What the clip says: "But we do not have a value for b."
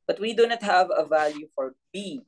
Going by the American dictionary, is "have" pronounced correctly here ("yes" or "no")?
yes